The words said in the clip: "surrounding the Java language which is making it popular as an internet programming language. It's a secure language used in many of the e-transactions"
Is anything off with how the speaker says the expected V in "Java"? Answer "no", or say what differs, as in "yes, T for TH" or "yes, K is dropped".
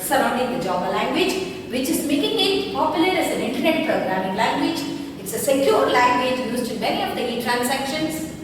yes, B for V